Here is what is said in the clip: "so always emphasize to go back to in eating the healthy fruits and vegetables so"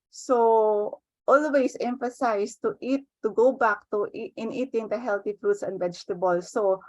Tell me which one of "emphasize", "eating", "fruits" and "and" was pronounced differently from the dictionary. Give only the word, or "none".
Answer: emphasize